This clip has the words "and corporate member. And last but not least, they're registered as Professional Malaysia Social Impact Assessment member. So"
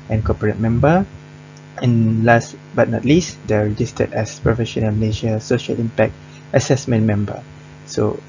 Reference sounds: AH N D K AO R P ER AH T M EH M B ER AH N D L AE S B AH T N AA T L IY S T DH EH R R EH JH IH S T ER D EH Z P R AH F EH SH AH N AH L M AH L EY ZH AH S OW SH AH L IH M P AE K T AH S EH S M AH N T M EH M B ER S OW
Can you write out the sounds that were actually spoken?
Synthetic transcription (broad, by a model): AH N K AO P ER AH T M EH M B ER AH N L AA S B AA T N AA T L IY S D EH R R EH JH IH S T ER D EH S P R AH F EH SH AH N AH L M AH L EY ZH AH S OW SH AH L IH M P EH K T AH S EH S M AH N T M EH M B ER S OW